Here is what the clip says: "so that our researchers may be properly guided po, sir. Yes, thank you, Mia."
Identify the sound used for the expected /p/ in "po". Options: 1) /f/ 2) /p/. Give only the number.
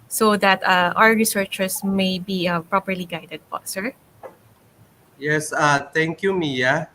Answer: 1